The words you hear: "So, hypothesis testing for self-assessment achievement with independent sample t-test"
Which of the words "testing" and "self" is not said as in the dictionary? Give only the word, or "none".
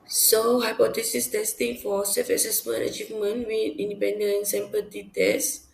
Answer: self